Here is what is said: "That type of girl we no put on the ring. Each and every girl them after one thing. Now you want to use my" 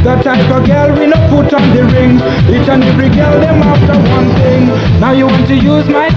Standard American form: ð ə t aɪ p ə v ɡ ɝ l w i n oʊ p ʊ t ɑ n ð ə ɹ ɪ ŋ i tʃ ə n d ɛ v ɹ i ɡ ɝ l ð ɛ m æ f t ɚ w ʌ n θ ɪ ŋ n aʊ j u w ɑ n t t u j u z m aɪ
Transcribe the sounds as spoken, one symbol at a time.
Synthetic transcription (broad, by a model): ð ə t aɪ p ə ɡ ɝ l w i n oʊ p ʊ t ɑ n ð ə ɹ ɪ ŋ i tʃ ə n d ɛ ɹ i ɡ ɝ l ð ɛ m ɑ f t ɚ w ʌ n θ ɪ ŋ n aʊ j u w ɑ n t t u j u z m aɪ